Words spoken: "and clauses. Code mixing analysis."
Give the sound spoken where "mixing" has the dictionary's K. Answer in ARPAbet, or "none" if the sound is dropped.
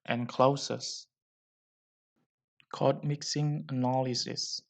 K